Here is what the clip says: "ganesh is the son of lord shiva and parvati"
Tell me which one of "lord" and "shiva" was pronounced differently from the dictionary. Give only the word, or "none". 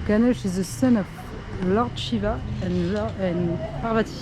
none